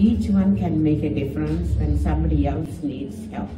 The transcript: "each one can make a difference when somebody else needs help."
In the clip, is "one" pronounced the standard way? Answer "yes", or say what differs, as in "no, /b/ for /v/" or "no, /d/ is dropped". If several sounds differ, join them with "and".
yes